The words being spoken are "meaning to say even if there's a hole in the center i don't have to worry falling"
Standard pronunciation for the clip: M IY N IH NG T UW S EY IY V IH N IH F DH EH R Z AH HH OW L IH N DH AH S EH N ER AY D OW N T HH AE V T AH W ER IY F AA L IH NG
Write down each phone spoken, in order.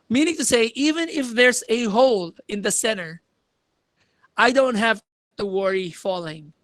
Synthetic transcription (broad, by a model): M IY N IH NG T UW S EY IY V IH N IH F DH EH R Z AH HH OW L IH N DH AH S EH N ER AY D OW N T HH AE V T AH W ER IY F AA L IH NG